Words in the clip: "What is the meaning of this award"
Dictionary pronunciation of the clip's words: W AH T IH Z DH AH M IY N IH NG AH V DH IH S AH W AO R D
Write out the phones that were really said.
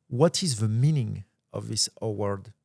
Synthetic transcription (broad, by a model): W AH T IH Z DH AH M IY N IH NG AH V DH IH S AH W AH R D